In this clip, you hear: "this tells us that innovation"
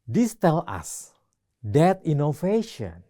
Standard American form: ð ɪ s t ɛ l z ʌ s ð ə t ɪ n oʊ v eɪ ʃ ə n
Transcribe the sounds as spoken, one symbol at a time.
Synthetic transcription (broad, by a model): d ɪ s t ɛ l ɑ s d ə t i n oʊ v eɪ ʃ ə n